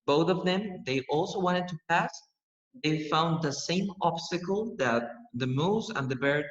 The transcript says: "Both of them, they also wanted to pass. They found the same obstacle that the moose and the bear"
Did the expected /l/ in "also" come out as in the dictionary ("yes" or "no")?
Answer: yes